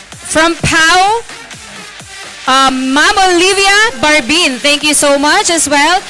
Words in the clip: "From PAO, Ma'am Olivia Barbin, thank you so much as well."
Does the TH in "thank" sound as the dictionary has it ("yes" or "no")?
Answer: no